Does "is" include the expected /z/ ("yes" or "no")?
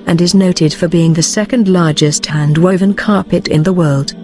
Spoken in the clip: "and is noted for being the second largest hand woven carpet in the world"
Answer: yes